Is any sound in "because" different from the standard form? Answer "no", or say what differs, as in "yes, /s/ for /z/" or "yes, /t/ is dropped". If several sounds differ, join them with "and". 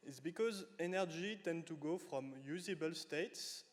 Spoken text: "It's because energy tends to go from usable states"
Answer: no